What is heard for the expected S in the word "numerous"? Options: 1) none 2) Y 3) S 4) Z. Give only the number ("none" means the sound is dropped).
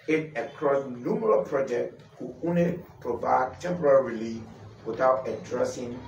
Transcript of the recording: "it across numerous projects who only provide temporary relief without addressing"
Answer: 1